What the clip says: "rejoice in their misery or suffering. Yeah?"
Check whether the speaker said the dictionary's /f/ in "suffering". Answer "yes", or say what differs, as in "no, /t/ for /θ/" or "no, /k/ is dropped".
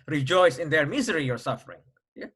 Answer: yes